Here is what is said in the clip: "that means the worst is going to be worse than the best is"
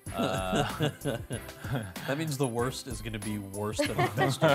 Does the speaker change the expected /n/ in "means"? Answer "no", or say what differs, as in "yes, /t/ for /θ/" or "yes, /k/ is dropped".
no